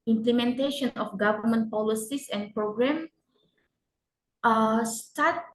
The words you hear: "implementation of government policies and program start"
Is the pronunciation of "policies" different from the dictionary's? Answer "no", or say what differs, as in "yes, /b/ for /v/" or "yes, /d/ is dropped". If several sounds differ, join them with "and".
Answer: yes, /s/ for /z/